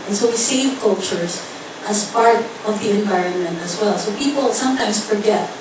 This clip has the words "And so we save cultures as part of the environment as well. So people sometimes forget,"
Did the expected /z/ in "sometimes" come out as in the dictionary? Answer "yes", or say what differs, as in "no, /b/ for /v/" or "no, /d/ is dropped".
no, /s/ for /z/